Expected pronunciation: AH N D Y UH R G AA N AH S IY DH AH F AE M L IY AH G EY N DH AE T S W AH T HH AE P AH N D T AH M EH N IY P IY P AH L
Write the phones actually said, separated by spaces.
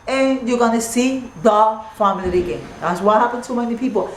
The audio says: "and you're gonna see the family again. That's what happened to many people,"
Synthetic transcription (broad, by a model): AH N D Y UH G AA N AH S IY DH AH F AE M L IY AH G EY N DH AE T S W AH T HH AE P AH N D S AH M EH N IY P IY P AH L